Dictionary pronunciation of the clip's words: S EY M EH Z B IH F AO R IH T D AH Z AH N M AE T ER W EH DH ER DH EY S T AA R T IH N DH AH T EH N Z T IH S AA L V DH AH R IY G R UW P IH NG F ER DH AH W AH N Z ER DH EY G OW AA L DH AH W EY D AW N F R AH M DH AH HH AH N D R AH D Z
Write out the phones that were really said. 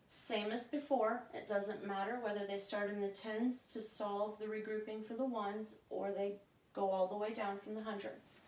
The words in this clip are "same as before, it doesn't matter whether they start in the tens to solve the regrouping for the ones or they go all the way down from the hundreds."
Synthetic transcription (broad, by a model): S EY M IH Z B IH F AO R IH T D AH Z AH N M AE T ER W EH DH ER DH EY S T AA R T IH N DH AH T EH N Z T IH S AA L V DH AH R IY G R UW P IH NG F ER DH AH W AH N Z ER DH EY G OW AA L DH AH W EY D AW N F R AH M DH AH HH AH N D R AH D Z